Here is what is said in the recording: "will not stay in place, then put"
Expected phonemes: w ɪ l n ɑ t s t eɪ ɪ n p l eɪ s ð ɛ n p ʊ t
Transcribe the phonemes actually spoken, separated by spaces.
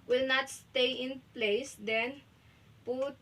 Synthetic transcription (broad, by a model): w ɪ l n ɑ t s t eɪ ɪ n p l eɪ s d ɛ n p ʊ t